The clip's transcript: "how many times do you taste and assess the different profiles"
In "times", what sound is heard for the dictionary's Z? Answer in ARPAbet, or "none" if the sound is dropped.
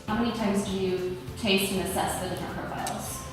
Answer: Z